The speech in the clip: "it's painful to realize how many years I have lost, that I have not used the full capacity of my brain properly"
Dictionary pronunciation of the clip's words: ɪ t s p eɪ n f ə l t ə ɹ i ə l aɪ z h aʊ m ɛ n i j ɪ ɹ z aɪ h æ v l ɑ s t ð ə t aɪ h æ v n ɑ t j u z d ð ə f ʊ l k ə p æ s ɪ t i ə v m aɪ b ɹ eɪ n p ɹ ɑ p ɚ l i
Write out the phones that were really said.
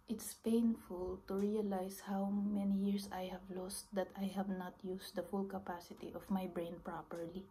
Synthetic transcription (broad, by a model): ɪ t s p eɪ n f ə l t ə ɹ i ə l aɪ s h aʊ m ɛ n i j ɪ ɹ s aɪ h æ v l ɑ s t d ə t aɪ h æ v n ɑ t j u s d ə f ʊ l k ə p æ s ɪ t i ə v m aɪ b ɹ eɪ n p ɹ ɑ p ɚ l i